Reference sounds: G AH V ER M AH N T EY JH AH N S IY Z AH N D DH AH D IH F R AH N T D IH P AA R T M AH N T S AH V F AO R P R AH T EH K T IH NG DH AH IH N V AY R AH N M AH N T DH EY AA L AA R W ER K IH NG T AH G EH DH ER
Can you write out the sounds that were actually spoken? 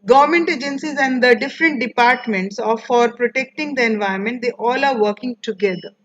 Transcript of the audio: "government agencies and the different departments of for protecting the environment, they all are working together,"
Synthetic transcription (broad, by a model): G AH V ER M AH N T EY JH AH N S IY Z AH N D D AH D IH F R AH N T D IH P AA R T M AH N T S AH F AO R P R AH T EH K T IH NG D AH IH N V AY AH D M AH N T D EY AA L AA R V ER K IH NG T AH G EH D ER